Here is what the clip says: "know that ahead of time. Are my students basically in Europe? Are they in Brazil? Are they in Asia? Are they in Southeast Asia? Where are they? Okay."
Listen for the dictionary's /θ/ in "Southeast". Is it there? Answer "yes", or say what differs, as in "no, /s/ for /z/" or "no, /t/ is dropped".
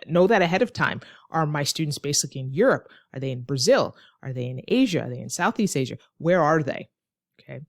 yes